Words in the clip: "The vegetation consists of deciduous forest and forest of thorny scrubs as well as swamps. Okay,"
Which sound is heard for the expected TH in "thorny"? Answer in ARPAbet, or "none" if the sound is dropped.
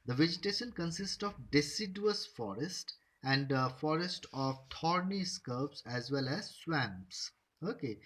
T